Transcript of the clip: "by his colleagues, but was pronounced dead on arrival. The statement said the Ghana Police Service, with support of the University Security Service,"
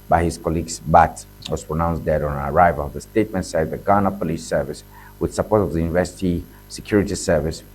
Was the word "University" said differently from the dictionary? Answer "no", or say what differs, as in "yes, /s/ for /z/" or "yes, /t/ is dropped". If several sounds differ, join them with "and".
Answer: no